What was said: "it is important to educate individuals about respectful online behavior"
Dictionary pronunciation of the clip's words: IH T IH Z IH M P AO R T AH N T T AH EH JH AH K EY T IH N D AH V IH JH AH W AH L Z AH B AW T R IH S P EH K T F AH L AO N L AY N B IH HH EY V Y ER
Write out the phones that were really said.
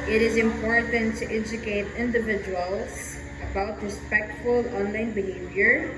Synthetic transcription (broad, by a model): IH T IH Z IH M P AO R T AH N T T EH JH AH K EY T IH N D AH V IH JH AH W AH L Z AH B AW T R IH S P EH K T F AH L AO N L AY N B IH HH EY V Y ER